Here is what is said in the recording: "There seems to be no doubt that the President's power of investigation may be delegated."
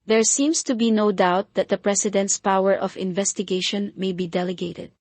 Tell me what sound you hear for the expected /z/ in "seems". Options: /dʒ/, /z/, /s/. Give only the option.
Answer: /s/